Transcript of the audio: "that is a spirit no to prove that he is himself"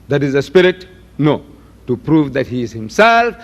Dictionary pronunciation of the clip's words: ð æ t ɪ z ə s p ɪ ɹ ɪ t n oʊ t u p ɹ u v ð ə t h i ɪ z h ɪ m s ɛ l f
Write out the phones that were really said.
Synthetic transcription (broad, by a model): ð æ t ɪ z ə s p ɪ ɹ ɪ t n oʊ t u p ɹ u v ð ə t h i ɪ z h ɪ m s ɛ l f